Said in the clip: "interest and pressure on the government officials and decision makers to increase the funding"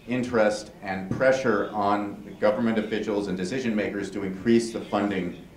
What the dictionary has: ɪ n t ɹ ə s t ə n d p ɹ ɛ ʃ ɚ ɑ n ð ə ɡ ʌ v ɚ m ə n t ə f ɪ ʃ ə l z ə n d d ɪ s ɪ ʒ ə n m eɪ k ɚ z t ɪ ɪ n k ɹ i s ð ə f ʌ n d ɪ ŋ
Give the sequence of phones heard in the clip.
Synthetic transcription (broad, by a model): ɪ n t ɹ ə s t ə n p ɹ ɛ ʃ ɚ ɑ n ð ə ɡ ʌ v ɚ m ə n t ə f ɪ ʃ l z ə n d d ɪ s ɪ ʒ ə n m eɪ k ɚ z t ɪ ɪ n k ɹ i s ð ə f ʌ n d ɪ ŋ